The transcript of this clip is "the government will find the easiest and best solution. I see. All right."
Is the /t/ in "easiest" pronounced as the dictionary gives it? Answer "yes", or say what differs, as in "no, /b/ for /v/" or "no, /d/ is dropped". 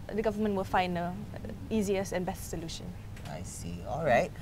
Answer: no, /t/ is dropped